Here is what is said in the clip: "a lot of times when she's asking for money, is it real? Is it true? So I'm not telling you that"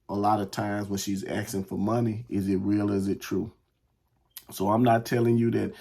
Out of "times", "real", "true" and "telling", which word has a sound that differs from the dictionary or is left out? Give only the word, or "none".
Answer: none